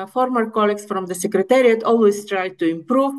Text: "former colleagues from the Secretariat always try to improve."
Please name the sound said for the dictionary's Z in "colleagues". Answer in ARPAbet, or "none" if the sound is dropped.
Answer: S